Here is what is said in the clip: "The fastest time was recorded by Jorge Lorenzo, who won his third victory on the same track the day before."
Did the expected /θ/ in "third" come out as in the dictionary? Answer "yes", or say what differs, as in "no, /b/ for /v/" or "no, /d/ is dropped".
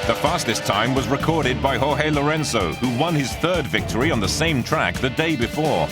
yes